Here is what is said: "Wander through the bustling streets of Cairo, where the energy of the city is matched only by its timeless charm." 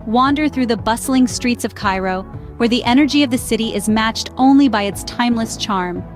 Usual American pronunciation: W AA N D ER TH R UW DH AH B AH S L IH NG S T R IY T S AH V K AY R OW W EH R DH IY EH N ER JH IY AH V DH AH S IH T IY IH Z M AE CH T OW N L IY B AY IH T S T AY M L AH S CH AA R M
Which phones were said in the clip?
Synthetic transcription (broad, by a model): W AA N D ER TH R UW DH AH B AH S L IH NG S T R IY T S AH V K AY R OW W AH R DH IY EH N ER JH IY AH V DH AH S IH T IY IH Z M AE CH T OW N L IY B AY IH T S T AY M L AH S CH AA R M